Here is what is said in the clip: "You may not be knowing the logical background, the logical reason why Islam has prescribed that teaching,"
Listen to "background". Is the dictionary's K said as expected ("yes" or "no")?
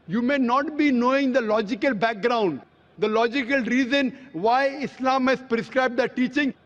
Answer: yes